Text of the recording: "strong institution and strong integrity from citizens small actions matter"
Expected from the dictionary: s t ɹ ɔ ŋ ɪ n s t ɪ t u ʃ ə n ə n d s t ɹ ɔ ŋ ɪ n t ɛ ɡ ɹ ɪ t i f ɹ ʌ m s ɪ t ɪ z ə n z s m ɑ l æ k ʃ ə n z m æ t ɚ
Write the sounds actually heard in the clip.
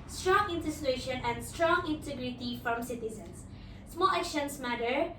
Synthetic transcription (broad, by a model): s t ɹ ɔ ŋ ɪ n t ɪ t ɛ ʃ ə n ə n d s t ɹ ɔ ŋ ɪ n t ɛ ɡ ɹ ɪ t i f ɹ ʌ m s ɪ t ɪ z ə n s s m ɑ l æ k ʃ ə n s m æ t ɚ